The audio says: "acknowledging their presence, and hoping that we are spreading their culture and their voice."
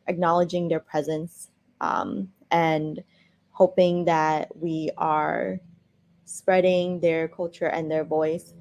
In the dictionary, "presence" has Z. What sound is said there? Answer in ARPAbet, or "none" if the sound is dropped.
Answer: Z